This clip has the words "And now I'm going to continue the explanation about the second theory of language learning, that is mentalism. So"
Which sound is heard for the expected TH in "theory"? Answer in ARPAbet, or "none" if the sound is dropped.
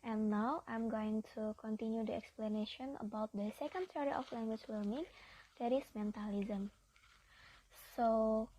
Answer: S